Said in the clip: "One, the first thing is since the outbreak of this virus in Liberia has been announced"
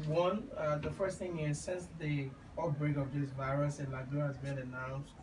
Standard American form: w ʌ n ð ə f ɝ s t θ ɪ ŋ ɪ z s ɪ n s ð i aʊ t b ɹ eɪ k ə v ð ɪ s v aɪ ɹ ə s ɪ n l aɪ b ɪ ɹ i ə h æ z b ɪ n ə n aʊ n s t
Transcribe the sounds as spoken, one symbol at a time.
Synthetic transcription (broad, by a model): w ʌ n ð ə f ɝ s t θ ɪ ŋ ɪ z s ɪ n s ð i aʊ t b ɹ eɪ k ə v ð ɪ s v aɪ ɹ ə s ɪ n l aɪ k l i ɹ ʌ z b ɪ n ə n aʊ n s